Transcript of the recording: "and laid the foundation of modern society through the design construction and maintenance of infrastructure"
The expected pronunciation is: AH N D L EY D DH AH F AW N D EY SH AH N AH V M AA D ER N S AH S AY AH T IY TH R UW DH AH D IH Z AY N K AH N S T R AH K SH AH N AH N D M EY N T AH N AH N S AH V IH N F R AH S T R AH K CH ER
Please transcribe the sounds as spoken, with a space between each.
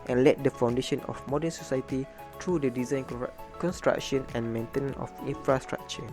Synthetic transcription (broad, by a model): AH N L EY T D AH F AW N D EY SH AH N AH F M AA D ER N S AH S AY AH T IY T R UW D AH D IH Z AY N K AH N S T R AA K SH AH N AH N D M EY N T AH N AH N AH F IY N F R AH S T R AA K CH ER